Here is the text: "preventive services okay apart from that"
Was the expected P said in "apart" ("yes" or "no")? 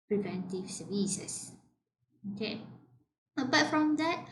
no